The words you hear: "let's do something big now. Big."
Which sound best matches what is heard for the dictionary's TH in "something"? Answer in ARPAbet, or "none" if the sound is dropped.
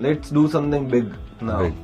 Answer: T